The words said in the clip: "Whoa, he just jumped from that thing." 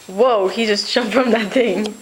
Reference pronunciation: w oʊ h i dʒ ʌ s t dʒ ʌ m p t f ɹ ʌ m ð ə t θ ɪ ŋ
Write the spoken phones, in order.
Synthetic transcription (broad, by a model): w oʊ h i dʒ ʌ s t ʃ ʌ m t f ɹ ʌ m ð ə t θ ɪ ŋ